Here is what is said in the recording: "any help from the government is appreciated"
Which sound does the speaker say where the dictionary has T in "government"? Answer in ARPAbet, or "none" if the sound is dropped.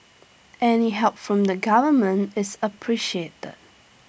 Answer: T